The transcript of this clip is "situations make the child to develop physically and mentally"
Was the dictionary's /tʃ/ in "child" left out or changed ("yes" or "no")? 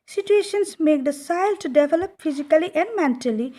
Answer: yes